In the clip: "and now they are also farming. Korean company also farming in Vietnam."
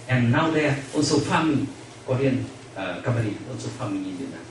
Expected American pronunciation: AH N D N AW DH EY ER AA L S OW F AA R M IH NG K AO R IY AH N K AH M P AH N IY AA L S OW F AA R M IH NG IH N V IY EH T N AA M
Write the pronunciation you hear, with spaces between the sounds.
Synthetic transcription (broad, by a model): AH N N AW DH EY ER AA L S OW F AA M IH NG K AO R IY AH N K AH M AH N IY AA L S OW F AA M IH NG IH N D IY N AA